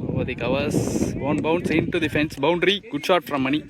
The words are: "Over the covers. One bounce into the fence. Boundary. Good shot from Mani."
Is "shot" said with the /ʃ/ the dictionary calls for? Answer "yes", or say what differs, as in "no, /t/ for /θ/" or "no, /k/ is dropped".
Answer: yes